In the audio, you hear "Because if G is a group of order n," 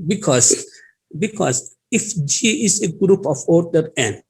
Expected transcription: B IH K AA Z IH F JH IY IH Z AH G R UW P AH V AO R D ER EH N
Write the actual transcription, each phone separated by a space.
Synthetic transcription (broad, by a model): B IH K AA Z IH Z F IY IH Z AH G R UW P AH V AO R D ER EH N